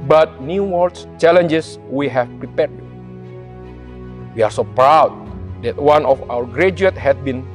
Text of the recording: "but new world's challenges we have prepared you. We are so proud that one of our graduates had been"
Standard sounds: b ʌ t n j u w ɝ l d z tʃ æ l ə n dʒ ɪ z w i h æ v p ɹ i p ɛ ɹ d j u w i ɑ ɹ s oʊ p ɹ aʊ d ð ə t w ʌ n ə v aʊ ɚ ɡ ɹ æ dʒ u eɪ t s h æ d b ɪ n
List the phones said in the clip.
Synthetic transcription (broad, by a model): b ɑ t n j u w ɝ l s tʃ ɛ l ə n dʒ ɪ s w i h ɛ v p ɹ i p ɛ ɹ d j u w i ɑ ɹ s oʊ p ɹ aʊ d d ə t w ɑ n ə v aʊ ɚ ɡ ɹ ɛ dʒ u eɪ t h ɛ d b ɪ n